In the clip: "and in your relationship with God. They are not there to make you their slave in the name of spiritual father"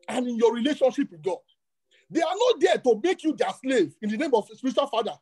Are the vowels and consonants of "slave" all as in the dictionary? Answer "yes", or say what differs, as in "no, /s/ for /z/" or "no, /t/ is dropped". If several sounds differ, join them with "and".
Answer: yes